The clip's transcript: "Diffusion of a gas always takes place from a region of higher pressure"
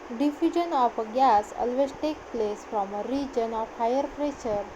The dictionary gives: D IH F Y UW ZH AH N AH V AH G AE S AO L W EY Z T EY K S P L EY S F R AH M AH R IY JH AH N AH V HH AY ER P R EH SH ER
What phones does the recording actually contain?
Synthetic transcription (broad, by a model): D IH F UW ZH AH N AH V AH G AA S AO L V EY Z T EY K P L EY S F R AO M AH R IY JH AH N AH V HH AY ER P R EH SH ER